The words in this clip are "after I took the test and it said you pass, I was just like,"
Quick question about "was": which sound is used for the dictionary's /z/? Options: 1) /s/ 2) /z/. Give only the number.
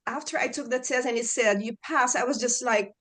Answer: 2